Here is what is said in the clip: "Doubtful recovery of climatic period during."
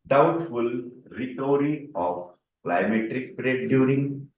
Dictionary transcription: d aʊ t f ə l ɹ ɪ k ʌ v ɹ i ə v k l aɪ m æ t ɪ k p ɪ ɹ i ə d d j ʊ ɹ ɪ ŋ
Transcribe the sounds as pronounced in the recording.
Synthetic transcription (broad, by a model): d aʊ t f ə l ɹ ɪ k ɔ ɹ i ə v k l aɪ m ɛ t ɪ k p ɹ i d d j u ɹ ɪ ŋ